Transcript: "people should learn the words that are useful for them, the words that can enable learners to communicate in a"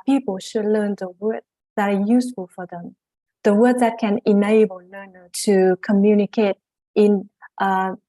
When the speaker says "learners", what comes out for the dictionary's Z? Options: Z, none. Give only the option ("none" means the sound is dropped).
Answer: none